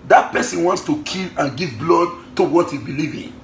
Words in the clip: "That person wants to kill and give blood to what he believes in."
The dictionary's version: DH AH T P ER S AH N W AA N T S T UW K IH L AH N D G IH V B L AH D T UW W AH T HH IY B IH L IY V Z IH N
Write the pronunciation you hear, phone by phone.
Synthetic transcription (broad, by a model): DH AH T P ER S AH N W AA N T S T UW K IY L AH N G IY V B L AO D T UW W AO T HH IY B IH L IY V IH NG